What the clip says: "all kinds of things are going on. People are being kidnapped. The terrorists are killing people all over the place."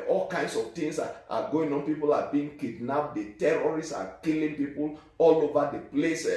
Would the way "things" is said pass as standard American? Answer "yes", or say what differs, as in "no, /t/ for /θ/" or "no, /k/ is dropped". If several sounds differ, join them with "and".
no, /t/ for /θ/ and /s/ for /z/